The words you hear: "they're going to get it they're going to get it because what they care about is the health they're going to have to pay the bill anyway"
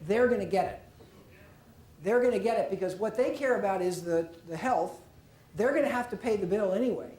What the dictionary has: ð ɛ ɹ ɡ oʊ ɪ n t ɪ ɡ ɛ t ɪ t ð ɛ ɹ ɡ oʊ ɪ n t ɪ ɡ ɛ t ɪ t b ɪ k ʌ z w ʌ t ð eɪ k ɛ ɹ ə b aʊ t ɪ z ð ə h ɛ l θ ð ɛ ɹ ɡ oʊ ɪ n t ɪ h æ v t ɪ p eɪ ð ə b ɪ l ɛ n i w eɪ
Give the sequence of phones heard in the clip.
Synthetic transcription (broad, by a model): ð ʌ ɹ ɡ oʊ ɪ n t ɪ ɡ ɛ t ɪ t ð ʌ ɹ ɡ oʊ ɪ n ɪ ɡ ɛ t ɪ t b ɪ k ʌ z w ʌ t ð eɪ k ɛ ɹ ə b aʊ t ɪ z ð ə h ɛ l θ ð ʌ ɹ ɡ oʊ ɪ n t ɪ h æ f t ɪ p eɪ ð ə b ɪ l ɛ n i w eɪ